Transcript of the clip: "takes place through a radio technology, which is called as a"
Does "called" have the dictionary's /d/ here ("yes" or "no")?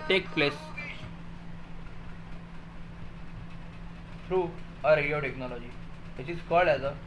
no